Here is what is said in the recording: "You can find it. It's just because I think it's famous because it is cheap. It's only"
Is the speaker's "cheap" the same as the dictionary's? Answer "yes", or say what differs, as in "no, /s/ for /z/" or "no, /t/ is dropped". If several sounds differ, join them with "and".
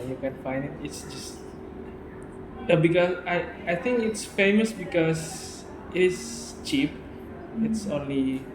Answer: yes